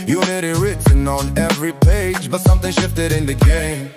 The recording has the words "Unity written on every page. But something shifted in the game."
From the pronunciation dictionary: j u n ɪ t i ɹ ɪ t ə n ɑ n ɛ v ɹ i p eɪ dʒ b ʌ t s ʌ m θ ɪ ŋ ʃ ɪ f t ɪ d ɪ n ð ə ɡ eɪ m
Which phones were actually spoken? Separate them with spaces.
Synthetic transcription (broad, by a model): j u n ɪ t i ɹ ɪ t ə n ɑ n ɛ v ɹ i p eɪ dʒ b ʌ t s ʌ m θ ɪ ŋ ʃ ɪ f t ɪ d ɪ n ð ə ɡ eɪ m